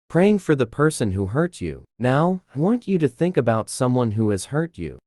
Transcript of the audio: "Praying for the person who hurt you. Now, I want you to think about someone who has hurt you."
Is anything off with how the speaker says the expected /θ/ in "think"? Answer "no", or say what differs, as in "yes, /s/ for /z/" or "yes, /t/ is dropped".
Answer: no